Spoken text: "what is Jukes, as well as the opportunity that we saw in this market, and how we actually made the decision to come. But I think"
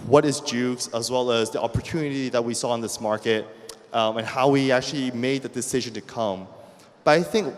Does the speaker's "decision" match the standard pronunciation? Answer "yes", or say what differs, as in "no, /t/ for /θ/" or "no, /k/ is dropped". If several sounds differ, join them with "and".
yes